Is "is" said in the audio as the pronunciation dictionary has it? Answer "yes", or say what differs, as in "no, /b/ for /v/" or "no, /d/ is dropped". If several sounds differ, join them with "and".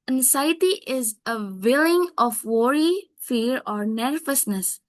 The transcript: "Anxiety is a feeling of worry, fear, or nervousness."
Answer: yes